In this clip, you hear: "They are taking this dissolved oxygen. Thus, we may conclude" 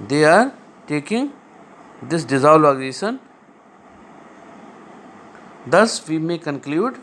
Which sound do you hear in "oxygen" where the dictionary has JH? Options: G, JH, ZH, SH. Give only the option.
SH